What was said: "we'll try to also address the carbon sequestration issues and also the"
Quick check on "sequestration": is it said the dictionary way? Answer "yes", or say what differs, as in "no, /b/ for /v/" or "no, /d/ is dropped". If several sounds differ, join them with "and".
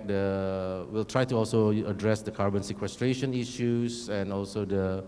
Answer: yes